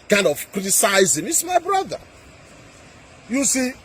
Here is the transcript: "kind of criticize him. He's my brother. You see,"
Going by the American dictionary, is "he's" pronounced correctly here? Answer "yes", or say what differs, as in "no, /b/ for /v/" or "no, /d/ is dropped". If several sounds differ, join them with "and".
no, /s/ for /z/